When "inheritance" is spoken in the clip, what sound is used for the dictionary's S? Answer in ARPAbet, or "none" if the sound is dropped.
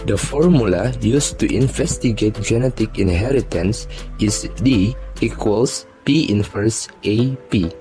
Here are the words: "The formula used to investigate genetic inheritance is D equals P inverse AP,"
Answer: S